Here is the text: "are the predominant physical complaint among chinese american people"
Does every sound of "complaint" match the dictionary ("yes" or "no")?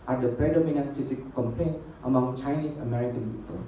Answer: yes